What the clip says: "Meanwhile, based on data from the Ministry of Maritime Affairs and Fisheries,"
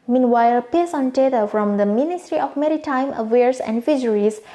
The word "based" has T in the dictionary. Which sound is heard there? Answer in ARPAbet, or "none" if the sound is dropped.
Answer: none